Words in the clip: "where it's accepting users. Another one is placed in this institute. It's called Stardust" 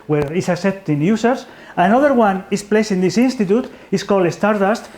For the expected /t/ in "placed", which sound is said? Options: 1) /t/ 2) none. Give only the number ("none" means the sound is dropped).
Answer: 2